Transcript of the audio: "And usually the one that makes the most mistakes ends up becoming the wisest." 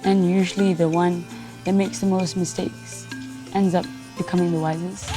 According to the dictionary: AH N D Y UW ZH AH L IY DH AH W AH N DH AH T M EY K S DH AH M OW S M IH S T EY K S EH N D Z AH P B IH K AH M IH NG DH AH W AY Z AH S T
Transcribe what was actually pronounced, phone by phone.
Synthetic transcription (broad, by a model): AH N Y UW ZH AH L IY DH AH W AH N DH AH T M EY K S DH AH M OW S M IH S T EY K S EH N D Z AH P B IH K AH M IH NG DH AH W AY Z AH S